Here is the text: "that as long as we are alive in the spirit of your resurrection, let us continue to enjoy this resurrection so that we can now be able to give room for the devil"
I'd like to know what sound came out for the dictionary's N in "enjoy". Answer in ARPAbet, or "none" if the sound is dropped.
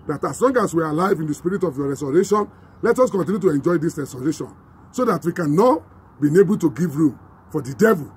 N